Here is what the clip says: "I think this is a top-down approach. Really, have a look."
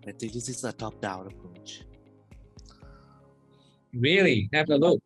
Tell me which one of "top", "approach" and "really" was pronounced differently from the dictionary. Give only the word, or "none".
none